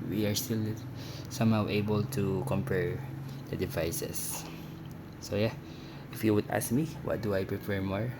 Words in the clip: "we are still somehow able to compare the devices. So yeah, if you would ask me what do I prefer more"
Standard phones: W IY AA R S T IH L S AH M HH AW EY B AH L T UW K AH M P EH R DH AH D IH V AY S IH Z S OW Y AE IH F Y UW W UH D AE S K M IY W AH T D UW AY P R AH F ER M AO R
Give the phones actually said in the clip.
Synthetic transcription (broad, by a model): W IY AA R S T IH L S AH M HH AW EY B AH L T UW K AH M P EH R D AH D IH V AY S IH S OW Y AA IH F Y UW W UH D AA S K M IY W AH T D UW AY P R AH P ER M AO R